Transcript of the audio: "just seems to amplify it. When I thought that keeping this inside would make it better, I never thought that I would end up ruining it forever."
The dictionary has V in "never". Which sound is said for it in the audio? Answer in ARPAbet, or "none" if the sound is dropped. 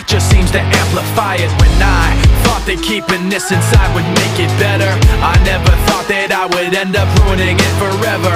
V